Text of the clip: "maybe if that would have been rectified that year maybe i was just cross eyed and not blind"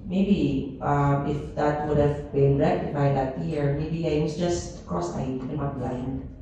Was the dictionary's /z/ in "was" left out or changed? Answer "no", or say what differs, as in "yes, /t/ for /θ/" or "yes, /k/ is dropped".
yes, /s/ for /z/